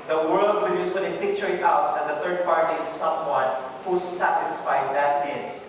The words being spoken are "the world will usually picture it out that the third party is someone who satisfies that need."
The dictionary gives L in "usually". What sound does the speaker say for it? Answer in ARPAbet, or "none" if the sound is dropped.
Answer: N